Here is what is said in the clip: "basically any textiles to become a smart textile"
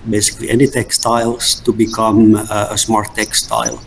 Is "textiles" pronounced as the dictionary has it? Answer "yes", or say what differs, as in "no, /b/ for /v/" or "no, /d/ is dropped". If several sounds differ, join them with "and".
no, /s/ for /z/